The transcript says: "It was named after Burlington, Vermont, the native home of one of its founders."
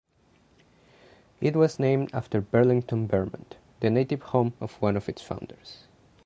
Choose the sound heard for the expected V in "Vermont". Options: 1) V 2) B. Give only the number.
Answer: 2